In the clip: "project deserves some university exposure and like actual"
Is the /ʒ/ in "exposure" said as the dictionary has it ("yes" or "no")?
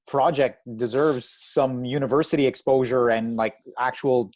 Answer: yes